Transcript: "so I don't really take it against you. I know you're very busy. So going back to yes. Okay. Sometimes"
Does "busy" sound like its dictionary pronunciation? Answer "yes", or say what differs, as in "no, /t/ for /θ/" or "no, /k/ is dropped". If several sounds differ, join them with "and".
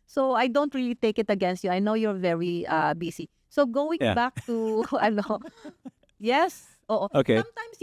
no, /s/ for /z/